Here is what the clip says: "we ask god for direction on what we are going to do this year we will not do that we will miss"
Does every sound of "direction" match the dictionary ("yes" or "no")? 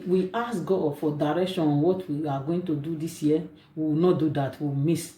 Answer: yes